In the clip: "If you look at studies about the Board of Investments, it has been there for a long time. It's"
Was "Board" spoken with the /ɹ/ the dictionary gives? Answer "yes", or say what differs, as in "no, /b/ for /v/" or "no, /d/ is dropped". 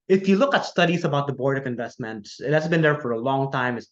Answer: yes